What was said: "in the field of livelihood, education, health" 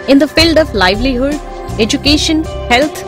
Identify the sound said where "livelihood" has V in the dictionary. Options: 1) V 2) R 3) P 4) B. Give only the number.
1